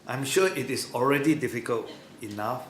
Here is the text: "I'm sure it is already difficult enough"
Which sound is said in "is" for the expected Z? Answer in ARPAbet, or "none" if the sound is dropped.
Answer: S